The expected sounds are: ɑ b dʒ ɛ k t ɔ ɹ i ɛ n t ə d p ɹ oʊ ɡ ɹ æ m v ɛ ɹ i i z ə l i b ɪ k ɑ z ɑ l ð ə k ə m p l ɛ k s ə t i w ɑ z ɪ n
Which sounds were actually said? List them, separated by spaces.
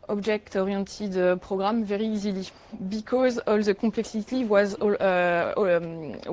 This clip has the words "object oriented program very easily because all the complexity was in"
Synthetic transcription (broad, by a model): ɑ b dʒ ɛ k t ɔ ɹ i t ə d p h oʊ ɡ ɹ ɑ m v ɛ ɹ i i z ə l i b ɪ k ɑ z ɑ l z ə k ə p l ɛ k s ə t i w ɑ z